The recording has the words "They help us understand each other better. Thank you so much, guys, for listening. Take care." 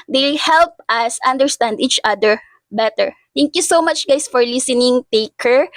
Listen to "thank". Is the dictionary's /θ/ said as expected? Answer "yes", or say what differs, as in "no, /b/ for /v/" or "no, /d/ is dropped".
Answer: no, /t/ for /θ/